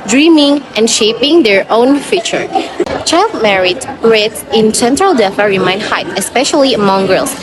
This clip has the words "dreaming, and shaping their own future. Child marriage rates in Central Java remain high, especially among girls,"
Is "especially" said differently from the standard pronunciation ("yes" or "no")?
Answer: no